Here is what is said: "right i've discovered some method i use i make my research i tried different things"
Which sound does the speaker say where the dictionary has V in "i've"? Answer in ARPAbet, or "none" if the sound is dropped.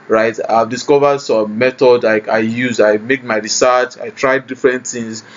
V